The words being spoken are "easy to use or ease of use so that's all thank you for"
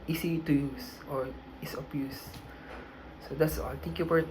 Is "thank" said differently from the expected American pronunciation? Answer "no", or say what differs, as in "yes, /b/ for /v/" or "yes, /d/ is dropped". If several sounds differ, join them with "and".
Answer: yes, /t/ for /θ/